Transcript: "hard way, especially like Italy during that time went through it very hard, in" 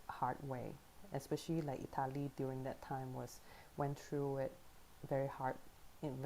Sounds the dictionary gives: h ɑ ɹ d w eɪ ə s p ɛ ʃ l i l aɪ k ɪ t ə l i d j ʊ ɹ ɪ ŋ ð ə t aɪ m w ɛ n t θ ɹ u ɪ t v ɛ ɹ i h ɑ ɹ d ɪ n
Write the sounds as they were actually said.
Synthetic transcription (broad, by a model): h ɑ ɹ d w eɪ ə s p ɛ ʃ l i l aɪ k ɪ t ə l i d j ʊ ɹ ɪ ŋ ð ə t aɪ m w ɛ n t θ ɹ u ɪ t v ɛ ɹ i h ɑ ɹ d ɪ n